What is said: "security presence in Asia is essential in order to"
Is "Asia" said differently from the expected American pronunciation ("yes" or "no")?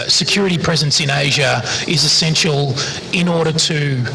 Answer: no